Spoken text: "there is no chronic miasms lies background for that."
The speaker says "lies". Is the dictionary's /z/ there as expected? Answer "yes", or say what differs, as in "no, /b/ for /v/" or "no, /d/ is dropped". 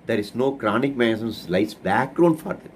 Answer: no, /s/ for /z/